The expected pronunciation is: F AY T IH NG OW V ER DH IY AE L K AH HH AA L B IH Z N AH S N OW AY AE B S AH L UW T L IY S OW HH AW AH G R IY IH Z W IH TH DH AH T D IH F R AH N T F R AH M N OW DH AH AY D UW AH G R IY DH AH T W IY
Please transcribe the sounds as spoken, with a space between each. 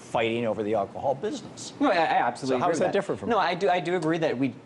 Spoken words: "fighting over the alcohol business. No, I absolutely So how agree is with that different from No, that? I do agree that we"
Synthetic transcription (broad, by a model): F AY T IH NG OW V ER DH IY AE L K AH HH AA L B IH Z N AH S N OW AY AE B S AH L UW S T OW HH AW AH IH Z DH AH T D IH F R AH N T F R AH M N OW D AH AY D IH AH G R IY DH AH T W IY